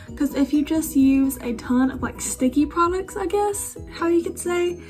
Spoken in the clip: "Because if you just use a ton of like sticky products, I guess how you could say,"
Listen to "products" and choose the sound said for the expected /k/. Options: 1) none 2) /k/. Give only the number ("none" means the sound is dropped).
2